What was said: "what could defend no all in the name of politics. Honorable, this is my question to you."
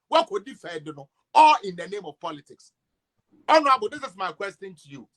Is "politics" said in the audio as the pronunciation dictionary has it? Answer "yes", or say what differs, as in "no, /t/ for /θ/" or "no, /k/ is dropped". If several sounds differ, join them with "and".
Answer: yes